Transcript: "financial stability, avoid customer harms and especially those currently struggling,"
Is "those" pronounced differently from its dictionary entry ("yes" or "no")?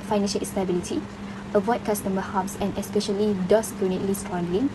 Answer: yes